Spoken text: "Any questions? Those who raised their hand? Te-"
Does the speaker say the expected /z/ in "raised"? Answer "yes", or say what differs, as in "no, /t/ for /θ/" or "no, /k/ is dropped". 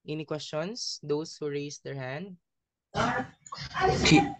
no, /s/ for /z/